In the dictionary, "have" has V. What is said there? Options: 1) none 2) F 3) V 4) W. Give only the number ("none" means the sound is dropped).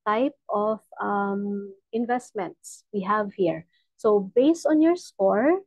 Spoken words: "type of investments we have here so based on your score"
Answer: 3